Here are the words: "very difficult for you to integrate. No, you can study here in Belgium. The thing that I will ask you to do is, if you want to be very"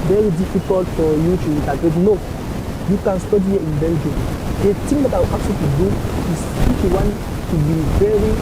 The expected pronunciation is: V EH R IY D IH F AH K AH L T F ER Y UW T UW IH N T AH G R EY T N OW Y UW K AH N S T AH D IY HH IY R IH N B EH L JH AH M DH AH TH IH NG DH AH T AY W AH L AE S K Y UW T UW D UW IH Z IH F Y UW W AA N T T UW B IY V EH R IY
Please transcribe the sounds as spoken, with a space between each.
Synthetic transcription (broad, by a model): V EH R IY D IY F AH K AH L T F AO Y UW T UW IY N T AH G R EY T N OW Y UW K AH N S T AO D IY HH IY IH N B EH N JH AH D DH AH T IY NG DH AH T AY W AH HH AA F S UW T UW D UW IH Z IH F Y UW W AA N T T UW B IY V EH R IY